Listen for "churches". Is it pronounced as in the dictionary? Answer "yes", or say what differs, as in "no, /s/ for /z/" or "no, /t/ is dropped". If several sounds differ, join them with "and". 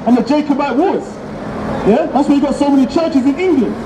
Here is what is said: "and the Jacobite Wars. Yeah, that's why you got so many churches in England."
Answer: yes